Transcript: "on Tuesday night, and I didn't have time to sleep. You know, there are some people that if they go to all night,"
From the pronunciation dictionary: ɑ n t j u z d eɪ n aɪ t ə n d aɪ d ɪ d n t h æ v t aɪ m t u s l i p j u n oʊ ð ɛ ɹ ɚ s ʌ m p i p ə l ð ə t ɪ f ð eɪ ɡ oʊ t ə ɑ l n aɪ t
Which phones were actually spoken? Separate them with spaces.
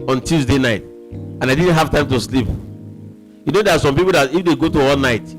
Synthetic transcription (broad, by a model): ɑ n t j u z d eɪ n aɪ t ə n aɪ d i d n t h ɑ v t aɪ m t u s l i p j u n oʊ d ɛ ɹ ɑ s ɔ m p i p ə l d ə t ɪ f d eɪ ɡ oʊ t ə ɑ l n aɪ t